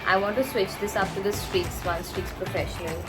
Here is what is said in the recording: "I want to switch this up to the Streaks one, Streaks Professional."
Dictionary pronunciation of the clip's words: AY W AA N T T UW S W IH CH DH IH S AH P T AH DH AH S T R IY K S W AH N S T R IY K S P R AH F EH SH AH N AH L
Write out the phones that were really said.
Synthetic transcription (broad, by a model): AY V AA N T T UW S W IH CH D IH S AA F T AH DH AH S T R IY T S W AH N S T R IY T S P R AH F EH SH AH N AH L